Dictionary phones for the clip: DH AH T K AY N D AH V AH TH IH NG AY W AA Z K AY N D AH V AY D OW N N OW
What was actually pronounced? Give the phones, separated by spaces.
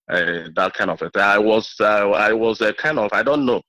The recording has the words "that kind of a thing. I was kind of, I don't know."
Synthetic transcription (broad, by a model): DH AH T K AY N D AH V AH T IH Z AY W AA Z K AY N D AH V AY D OW N N OW